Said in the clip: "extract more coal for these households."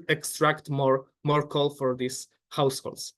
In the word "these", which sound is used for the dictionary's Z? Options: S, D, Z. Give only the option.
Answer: S